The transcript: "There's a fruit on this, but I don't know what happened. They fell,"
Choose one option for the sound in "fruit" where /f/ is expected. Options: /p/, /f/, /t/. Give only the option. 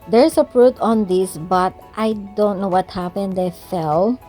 /p/